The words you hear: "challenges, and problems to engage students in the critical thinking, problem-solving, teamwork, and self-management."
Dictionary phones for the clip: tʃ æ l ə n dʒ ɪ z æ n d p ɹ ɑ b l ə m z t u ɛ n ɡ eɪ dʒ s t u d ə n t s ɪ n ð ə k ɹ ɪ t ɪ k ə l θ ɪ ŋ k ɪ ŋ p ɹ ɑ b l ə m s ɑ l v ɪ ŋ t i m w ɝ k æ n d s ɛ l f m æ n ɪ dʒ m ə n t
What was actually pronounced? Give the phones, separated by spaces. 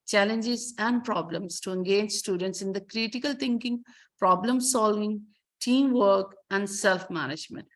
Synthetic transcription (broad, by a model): tʃ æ l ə n dʒ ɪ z æ n d p ɹ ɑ b l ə m s t u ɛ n ɡ eɪ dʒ s t u d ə n t s ɪ n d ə k ɹ ɪ t ɪ k ə l t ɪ ŋ k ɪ ŋ p ɹ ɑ b l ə m s ɑ l v ɪ ŋ t i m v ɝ k æ n d s ɛ l f m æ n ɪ dʒ m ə n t